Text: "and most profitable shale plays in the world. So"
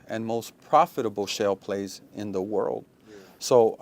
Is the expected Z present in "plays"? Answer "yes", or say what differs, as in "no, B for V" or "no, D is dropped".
yes